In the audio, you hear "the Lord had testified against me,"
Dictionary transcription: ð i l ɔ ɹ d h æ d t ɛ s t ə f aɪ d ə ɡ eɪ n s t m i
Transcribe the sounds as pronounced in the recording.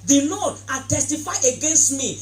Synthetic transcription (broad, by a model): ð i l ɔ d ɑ t ɛ s t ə f aɪ ə ɡ eɪ n s t m i